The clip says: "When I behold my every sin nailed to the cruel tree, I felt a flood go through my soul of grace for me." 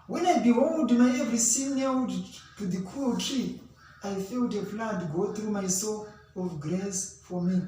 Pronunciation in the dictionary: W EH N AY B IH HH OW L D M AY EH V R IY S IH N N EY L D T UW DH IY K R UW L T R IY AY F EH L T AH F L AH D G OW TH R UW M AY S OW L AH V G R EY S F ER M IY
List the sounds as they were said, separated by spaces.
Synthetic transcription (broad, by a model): W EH N AY B IH HH OW L D M AY EH V R IY S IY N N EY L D T UW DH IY K UW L T R IY AY F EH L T AH P L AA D G OW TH R UW M AY S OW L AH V G R EY S F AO M IY